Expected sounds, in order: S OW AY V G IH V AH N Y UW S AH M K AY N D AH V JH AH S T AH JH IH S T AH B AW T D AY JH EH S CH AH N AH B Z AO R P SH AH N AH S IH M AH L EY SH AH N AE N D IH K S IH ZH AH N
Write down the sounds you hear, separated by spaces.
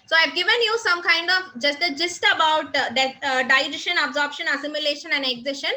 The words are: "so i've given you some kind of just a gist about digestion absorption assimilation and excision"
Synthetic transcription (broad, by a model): S OW AY V G IH V AH N Y UW S AH M K AY N D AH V JH AH S T AH JH IH S T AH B AW T D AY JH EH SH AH N AH B Z AO R P SH AH N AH S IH M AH L EY SH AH N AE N D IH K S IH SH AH N